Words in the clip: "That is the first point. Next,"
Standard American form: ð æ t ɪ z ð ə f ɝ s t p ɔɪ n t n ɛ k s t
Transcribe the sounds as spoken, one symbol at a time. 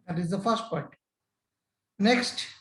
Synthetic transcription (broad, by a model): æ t ɪ z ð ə f ɝ s t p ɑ t n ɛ k s t